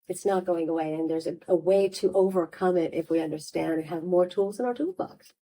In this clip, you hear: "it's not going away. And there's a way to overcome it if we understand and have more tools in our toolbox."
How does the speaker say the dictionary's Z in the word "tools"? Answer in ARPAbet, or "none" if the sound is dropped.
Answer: Z